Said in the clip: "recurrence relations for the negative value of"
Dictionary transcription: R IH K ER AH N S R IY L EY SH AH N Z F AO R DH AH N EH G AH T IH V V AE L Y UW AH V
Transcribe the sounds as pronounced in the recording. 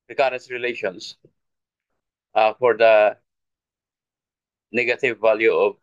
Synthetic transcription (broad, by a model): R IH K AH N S R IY L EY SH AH N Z F AO R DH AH N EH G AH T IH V V AE L Y UW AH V